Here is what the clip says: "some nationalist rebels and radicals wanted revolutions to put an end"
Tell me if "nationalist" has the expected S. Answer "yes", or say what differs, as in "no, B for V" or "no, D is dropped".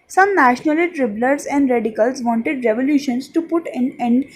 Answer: no, S is dropped